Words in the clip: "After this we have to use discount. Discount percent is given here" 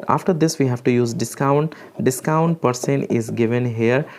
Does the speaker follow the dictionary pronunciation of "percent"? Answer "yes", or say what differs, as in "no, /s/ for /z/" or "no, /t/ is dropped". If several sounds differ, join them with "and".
no, /t/ is dropped